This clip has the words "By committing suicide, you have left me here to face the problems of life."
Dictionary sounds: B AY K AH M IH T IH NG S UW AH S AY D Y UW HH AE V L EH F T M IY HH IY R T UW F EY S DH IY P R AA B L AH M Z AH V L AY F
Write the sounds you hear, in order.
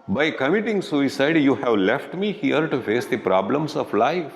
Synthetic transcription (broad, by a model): B AY K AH M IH T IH NG S UW AH S AY D Y UW HH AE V L EH F T M IY HH IY R T UW F EY S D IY P R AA B L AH M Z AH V L AY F